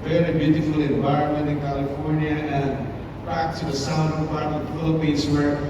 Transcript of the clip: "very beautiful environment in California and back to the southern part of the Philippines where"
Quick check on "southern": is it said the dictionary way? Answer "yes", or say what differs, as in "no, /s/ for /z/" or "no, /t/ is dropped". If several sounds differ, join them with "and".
no, /ð/ is dropped